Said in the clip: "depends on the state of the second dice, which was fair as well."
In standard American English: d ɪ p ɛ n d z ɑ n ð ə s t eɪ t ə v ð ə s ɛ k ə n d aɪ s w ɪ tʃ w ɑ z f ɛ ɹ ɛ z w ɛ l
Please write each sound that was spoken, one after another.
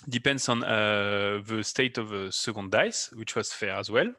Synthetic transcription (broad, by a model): d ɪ p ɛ n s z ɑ n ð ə s t eɪ t ə v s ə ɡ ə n d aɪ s w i tʃ w ɑ z f ɛ ɹ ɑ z w ɛ l